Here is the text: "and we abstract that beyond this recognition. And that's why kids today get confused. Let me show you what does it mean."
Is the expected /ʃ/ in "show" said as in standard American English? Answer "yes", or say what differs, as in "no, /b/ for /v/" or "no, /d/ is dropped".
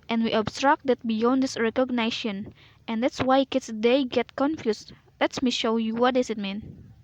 yes